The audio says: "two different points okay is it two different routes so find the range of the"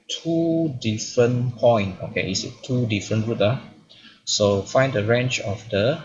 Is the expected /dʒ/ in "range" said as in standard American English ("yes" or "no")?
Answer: no